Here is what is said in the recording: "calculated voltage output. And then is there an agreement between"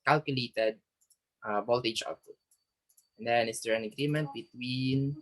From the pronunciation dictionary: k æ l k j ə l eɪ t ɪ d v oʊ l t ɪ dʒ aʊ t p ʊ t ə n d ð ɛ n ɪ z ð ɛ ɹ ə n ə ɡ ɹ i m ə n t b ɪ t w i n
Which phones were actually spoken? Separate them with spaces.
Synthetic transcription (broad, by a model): k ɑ l k j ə l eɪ t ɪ d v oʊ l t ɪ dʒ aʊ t ʊ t ə n d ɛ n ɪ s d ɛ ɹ ə n ə ɡ ɹ i m ə n t b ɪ t w i n